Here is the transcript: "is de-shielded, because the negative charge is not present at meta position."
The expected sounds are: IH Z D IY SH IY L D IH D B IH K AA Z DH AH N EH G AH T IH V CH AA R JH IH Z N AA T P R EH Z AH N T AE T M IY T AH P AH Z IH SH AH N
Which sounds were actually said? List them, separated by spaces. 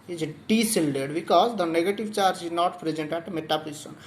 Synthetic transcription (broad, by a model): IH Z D IY S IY L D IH D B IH K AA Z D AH N EH G AH T IH V CH AA R JH IH Z N AA T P R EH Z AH N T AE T M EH T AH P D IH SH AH N